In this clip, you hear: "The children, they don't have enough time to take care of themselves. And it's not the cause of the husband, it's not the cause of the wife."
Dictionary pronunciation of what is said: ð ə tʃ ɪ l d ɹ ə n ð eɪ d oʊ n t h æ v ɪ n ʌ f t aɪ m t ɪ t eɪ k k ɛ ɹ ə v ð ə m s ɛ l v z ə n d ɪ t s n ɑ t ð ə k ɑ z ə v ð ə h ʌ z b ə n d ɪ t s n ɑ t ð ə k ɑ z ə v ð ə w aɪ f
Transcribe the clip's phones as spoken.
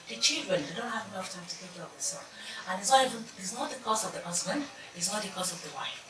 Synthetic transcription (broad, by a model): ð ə tʃ ɪ l d ɹ ə n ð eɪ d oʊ n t h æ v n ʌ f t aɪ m t ɪ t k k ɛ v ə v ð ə s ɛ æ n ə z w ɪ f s n ɑ t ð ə k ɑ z ə v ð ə h ʌ z b ə n d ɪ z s n ɑ t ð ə k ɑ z ə v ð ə w aɪ f